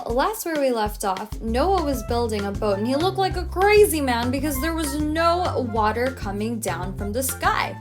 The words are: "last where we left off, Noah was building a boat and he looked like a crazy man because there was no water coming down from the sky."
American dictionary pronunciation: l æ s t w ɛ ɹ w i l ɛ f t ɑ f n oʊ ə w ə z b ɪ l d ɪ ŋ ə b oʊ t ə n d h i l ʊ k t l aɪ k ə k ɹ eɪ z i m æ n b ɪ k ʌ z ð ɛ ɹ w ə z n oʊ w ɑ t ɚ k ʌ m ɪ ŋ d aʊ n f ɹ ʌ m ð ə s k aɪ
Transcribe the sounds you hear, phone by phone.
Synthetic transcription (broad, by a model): l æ s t w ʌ ɹ w i l ɛ f t ɑ f n oʊ ə w ə z b ɪ l d ɪ ŋ ə b oʊ ə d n i l ʊ k t l aɪ k ə k ɹ eɪ z i m æ n b ɪ k ʌ z ð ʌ ɹ w ə z n oʊ w ɑ t ɚ k ʌ m ɪ ŋ d aʊ n f ɹ ʌ m ð ə s k aɪ